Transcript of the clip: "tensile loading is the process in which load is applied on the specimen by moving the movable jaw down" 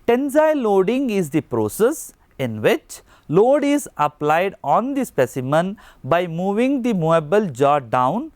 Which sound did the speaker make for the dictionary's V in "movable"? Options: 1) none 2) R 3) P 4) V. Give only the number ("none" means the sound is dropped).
1